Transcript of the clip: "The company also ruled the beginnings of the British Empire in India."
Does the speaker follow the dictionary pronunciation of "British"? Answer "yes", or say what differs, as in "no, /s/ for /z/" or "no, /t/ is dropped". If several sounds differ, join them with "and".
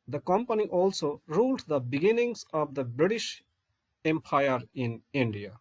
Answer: yes